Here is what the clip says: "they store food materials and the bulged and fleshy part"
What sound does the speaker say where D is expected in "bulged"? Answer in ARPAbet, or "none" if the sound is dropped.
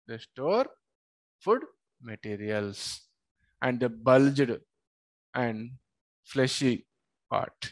D